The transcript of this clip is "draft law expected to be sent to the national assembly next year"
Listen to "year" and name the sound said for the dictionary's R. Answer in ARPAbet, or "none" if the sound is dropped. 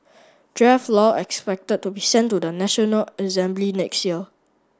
L